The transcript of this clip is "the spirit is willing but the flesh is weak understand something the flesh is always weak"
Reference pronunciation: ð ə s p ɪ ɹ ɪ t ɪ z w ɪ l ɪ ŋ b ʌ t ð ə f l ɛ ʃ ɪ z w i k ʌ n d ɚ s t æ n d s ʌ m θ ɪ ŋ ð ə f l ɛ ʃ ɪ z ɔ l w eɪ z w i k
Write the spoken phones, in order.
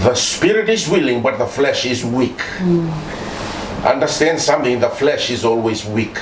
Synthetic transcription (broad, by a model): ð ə s p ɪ ɹ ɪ t ɪ z w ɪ l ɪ ŋ b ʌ t ð ə f l ɛ ʃ ɪ z w i k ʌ n d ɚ s t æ n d s ʌ m θ ɪ ŋ ð ə f l ɛ ʃ ɪ z ɔ l w eɪ z w i k